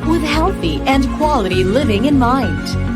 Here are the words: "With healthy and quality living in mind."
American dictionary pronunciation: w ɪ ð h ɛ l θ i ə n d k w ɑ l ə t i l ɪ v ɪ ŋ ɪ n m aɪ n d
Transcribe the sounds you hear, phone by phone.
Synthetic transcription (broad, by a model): w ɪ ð h ɛ l θ i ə n k w ɑ l ə t i l ɪ v ɪ ŋ ɪ n m aɪ n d